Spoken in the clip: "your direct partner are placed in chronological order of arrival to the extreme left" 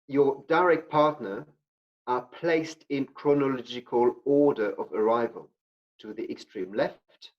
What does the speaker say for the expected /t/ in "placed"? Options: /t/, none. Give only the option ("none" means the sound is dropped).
/t/